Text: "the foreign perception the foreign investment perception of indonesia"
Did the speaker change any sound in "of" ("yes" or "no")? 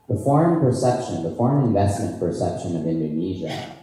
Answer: no